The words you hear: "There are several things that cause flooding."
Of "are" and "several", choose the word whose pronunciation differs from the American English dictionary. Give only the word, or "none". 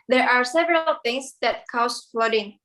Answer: none